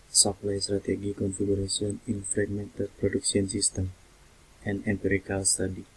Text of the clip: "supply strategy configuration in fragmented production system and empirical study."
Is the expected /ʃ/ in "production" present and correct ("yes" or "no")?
no